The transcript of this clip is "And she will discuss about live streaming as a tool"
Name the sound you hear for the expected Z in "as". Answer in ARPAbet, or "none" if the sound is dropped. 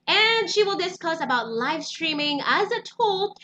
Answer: Z